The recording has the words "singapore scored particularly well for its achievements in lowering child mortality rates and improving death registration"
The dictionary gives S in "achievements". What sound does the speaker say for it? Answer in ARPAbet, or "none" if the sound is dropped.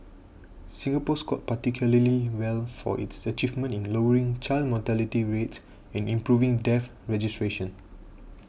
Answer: none